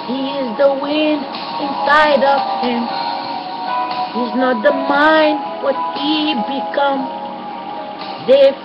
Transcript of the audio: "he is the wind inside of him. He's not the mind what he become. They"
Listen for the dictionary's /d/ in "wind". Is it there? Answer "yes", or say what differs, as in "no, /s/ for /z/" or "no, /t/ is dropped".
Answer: yes